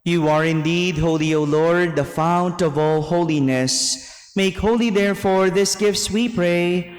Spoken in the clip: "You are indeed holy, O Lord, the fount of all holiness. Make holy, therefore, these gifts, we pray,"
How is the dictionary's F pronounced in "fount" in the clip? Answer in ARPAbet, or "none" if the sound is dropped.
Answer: F